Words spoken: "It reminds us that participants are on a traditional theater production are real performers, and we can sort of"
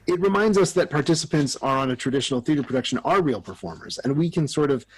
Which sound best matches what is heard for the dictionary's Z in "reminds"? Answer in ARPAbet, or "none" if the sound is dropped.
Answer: Z